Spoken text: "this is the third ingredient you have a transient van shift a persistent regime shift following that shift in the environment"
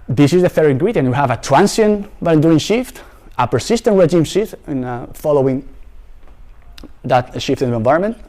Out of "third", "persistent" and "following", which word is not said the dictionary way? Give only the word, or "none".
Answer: third